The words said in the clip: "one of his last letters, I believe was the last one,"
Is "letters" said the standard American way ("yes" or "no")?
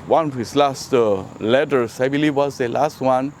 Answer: no